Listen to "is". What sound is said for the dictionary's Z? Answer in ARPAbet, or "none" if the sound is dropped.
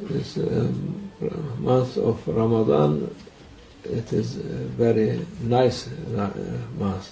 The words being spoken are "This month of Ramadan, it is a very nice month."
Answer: Z